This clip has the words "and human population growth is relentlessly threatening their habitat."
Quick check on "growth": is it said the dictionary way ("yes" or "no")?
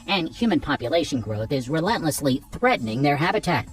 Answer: yes